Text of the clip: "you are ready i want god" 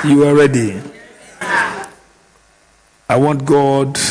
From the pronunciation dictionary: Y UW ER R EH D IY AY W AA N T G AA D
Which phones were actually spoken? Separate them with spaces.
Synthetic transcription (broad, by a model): Y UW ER R EH D IY AY W AA N T G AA D